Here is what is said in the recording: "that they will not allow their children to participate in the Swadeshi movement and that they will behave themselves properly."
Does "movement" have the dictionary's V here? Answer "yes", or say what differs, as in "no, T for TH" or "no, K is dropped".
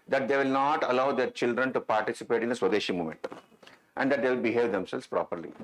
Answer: no, V is dropped